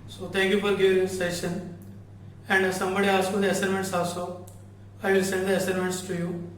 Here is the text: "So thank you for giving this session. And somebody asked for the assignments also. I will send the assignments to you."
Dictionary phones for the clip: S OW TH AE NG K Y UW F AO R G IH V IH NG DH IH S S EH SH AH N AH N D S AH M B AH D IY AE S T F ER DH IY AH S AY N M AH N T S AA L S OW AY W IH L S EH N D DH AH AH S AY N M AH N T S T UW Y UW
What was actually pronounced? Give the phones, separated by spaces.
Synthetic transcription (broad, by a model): S OW T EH NG K Y UW F AO R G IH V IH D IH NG S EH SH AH N AH N D S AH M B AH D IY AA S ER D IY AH S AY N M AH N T S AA S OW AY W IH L S EH N D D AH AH S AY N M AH N T S T UW Y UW